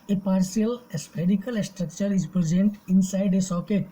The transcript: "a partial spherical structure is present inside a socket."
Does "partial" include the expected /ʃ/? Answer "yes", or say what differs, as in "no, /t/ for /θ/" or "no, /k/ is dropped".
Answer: no, /s/ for /ʃ/